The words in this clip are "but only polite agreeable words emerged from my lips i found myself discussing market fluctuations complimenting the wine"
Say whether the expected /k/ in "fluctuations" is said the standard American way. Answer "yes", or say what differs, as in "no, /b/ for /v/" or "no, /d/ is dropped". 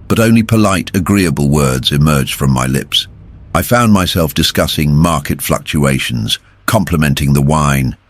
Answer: yes